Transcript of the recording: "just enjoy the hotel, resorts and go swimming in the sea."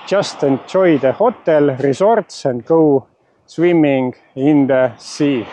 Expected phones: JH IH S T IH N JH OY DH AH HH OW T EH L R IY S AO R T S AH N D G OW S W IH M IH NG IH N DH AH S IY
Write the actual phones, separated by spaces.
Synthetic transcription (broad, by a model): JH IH S T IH N CH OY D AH HH OW T EH L R IY S AO R T S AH N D G OW S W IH M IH NG IH N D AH S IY